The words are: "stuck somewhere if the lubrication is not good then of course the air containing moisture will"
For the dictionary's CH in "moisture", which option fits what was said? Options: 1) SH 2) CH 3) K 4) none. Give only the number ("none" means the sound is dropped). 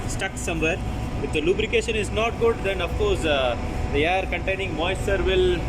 4